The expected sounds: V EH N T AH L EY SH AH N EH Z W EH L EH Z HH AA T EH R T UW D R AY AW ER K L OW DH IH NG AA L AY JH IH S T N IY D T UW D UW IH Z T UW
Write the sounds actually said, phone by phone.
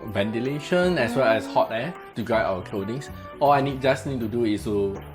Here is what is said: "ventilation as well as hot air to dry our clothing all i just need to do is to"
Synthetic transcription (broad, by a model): V EH N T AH L EY SH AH N EH S W EH L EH S HH AA T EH T UW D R AY AW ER K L OW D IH NG AA L AY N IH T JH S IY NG T UW D UW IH S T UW